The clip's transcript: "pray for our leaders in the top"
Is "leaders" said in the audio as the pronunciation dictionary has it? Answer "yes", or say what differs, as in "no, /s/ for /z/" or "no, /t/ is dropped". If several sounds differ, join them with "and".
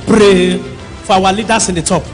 no, /s/ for /z/